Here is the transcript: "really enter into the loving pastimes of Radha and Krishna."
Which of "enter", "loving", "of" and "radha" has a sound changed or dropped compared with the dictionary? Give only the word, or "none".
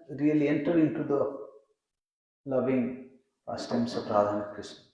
of